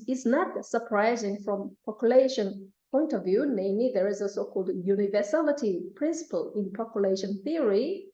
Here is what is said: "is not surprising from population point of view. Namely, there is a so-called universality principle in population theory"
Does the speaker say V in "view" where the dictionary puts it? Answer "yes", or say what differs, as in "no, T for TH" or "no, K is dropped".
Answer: yes